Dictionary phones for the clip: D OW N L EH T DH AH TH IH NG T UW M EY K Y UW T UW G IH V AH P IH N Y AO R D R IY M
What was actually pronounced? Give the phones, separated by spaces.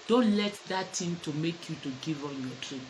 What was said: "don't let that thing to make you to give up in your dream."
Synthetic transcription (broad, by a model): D OW N L EH T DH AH T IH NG T UW M EY K Y UW T UW G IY V IH N Y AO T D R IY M